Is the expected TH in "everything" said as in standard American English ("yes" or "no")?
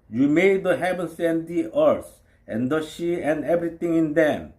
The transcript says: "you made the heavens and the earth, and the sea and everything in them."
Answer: no